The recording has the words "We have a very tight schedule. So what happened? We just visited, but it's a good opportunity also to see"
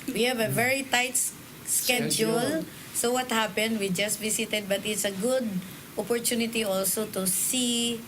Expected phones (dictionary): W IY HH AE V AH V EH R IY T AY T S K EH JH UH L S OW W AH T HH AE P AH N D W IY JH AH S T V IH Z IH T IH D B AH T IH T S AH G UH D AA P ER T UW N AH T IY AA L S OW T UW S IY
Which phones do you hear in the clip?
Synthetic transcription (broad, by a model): W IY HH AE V AH V EH R IY T AY T S K EH JH UH L S OW W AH T HH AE P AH N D W IY JH AH S T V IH S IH T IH D B AH T IH T S AH G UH D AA P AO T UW N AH T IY AA L S OW T UW S IY